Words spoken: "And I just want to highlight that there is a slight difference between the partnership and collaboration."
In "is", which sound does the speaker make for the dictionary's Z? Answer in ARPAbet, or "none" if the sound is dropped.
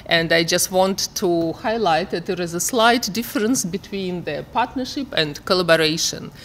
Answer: Z